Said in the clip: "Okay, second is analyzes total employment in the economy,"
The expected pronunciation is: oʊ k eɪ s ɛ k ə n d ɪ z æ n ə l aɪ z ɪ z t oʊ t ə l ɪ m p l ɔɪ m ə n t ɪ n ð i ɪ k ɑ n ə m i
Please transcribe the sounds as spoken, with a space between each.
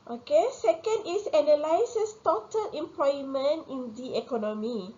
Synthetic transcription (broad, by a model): oʊ k eɪ s ɛ k ə n d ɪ s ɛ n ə l aɪ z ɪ s t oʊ t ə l ɪ m p l ɔɪ m ə n t ɪ n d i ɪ k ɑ n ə m i